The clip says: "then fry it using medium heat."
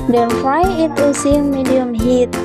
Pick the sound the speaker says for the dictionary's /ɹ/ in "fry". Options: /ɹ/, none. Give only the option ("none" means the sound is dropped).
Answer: none